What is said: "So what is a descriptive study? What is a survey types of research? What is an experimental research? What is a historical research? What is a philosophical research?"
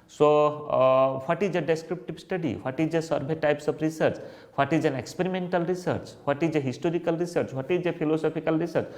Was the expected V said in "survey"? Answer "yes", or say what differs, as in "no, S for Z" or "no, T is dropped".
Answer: no, B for V